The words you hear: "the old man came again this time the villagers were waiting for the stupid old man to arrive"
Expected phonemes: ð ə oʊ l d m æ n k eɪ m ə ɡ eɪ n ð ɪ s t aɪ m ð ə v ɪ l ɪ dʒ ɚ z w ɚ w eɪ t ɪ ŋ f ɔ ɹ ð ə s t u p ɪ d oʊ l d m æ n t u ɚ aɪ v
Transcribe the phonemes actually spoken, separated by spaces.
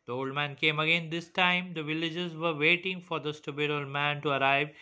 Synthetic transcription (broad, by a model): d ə oʊ l d m æ n k eɪ m ə ɡ eɪ n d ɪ s t aɪ m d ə v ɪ l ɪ dʒ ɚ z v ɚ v eɪ t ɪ ŋ f ɔ ɹ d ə s t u b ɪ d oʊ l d m æ n t u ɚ aɪ v